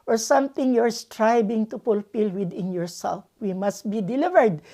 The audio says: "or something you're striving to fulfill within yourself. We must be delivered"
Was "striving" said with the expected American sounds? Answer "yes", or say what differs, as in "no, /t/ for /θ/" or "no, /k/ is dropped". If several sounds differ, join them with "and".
no, /b/ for /v/